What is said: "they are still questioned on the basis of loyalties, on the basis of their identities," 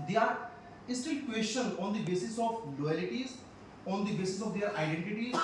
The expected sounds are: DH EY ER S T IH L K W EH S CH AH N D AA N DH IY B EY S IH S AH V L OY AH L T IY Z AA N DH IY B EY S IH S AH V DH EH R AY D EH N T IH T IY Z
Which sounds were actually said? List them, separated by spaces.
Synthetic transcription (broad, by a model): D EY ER S T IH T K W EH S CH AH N AA N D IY B EY S IH S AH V L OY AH L T IY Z AA N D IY B EY S IH S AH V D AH R AY D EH N T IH T IY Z